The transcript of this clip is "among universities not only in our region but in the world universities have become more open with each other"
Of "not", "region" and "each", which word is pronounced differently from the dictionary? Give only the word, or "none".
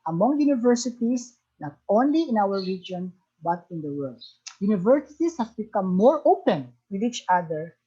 none